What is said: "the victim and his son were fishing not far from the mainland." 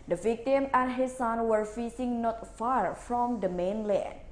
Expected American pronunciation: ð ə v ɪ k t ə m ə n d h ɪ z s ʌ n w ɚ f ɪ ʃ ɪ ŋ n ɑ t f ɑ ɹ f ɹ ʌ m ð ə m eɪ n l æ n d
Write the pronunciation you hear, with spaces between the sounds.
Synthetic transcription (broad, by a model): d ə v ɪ k t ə m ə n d h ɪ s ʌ n w ɚ f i s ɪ ŋ n ɑ t f ɑ ɹ f ɹ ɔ m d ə m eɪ n l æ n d